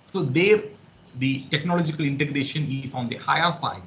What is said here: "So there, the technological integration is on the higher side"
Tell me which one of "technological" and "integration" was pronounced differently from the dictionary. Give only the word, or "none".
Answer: none